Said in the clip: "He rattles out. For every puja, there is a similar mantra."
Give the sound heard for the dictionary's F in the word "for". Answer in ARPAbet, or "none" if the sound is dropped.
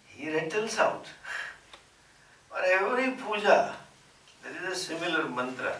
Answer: P